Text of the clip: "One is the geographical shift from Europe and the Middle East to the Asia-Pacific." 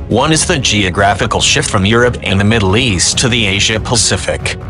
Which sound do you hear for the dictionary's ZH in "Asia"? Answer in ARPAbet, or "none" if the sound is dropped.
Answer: ZH